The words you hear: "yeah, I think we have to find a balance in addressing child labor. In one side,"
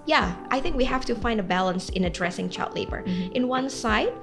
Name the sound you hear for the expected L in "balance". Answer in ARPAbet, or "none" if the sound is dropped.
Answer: L